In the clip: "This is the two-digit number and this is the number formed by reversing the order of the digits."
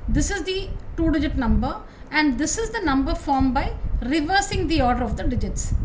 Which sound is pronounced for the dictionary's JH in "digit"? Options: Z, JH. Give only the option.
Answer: JH